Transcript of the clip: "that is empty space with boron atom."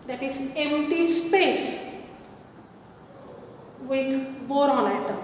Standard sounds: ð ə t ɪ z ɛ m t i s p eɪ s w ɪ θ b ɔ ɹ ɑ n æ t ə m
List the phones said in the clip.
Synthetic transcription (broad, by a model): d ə t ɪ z ɛ m t i s p eɪ s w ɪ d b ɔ ɹ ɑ l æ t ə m